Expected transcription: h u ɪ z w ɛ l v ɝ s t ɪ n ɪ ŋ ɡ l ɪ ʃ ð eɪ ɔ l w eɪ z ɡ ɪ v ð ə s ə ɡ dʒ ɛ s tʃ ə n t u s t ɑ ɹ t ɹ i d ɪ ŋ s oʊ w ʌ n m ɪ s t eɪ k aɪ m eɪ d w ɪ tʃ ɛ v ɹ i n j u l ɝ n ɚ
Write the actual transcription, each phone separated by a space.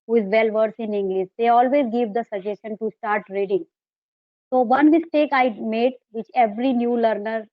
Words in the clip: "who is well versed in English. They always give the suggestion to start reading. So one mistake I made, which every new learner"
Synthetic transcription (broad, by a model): h u ɪ z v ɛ l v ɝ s ɪ n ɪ ŋ ɡ l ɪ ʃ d eɪ ɔ l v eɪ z ɡ ɪ v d ə s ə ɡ dʒ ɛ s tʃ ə n t u s t ɑ ɹ t ɹ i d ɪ ŋ s oʊ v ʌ n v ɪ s t eɪ k aɪ m eɪ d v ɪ tʃ ɛ v ɹ i n j u l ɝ n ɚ